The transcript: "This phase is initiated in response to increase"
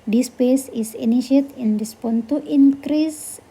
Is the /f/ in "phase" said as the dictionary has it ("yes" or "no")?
no